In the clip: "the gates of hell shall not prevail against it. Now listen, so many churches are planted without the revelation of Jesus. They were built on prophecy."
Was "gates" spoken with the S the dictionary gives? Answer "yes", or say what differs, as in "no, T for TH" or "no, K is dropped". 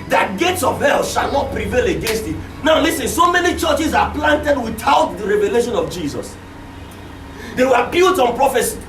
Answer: yes